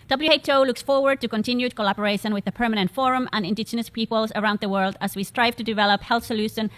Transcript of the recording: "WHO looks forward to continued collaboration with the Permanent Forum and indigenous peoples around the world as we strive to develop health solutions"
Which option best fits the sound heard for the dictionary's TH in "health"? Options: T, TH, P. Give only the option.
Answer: TH